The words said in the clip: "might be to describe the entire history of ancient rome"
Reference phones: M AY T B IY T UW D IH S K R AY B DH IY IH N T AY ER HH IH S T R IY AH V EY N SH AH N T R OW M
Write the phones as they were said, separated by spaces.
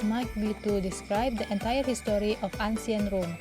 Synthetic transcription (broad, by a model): M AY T B IY T UW D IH S K R AY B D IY IH N T AY ER HH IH S T R IY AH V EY N S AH N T R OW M